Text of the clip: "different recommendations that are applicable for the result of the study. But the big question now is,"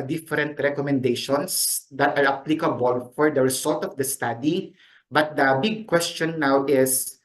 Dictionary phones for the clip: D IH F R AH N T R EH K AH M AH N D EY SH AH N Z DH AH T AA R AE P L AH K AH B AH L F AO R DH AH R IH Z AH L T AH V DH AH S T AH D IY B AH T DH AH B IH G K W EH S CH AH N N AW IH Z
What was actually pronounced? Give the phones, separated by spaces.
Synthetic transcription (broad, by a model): D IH F R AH N T R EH K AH M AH N D EY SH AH N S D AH T AA R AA P L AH K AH B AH L F AO R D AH R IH S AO L T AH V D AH S T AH D IY B AH T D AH B IH G K W EH S CH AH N N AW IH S